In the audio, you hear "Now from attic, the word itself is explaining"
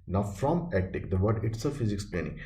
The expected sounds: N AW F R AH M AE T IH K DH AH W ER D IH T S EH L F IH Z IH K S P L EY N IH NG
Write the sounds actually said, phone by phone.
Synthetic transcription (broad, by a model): N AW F R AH M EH T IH K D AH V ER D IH T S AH F IH Z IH K S P L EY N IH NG